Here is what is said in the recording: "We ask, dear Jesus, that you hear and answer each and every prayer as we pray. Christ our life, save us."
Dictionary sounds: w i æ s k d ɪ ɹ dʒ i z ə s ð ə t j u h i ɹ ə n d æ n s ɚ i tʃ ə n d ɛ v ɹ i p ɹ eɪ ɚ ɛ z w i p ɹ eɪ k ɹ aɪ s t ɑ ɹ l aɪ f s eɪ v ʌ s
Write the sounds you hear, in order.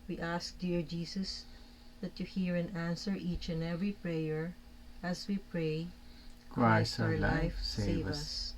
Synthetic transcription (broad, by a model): w i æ s k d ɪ ɹ dʒ i s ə s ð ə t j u h i ɹ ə n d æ n s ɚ i tʃ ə n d ɛ v ɹ i p ɹ eɪ ɚ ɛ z w i p ɹ eɪ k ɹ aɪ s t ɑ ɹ l aɪ f s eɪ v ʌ s